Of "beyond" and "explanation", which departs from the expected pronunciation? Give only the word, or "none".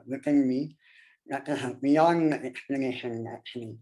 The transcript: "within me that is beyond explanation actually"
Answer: beyond